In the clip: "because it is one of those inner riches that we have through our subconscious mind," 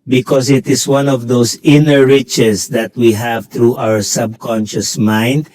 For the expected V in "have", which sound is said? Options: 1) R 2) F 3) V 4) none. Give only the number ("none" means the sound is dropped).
3